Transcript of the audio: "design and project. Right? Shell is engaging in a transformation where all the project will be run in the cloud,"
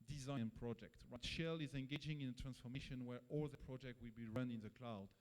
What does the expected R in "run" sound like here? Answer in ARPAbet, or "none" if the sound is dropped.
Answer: R